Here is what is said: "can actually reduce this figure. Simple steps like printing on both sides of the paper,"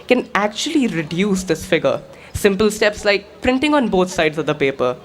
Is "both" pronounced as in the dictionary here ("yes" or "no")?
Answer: no